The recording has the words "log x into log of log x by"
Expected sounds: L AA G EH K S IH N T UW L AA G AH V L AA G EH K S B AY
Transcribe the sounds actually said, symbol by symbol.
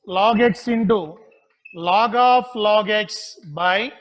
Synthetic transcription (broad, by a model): L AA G EH K S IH N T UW L AA G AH P L AA G EH K S B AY